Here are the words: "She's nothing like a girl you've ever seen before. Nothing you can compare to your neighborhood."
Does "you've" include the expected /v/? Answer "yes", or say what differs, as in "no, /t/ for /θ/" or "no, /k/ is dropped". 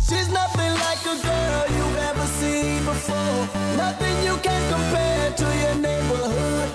no, /v/ is dropped